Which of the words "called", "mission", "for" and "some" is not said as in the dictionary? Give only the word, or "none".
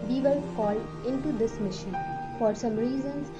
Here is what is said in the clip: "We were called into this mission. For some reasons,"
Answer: called